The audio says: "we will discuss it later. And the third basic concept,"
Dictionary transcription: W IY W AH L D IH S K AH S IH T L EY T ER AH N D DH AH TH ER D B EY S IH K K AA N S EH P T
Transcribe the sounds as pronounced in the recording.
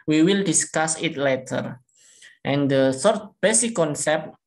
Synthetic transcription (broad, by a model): W IY W AH L D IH S K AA S IH T L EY T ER AH N D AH S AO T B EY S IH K K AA N S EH P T